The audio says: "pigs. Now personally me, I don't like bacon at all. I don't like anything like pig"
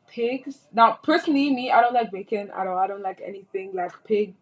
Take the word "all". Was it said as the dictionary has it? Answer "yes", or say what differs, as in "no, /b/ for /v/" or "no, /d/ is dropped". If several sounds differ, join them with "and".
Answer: no, /n/ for /l/